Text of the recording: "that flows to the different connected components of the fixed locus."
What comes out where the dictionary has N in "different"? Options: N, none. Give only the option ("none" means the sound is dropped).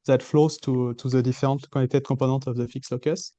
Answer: none